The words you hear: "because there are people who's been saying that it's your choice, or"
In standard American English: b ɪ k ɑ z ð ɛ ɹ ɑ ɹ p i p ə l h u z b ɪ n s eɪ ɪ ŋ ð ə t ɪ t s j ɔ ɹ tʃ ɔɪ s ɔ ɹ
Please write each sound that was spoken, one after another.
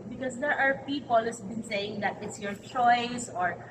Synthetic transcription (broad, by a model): b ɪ k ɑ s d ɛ ɹ ɑ ɹ p i p ə l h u s b ɪ n s eɪ ɪ ŋ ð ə t ɪ t s j ɔ ɹ tʃ ɔɪ s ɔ ɹ